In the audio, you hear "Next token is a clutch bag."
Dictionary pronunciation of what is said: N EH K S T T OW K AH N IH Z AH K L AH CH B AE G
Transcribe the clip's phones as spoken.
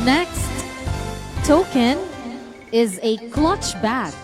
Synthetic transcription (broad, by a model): N EH K S T T OW K AH N IH Z AH K L AH CH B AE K